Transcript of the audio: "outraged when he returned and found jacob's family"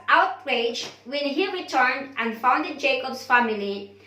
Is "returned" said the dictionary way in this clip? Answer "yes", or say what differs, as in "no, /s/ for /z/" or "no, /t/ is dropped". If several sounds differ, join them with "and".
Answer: yes